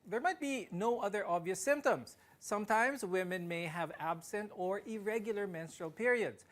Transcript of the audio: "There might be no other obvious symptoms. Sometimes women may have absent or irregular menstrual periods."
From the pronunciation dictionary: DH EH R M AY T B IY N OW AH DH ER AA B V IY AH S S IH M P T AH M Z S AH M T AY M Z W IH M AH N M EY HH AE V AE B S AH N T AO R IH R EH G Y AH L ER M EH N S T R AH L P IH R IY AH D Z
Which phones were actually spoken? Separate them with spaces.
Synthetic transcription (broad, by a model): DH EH R M AY T B IY N OW AH DH ER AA B V IY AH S S IH M P T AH M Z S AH M T AY M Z W IH M AH N M EY HH AE V AE B S AH N T AO R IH R EH G Y L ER M EH N S T R AH L P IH R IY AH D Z